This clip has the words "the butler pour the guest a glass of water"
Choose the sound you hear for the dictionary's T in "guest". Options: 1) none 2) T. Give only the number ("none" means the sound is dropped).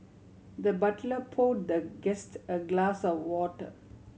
2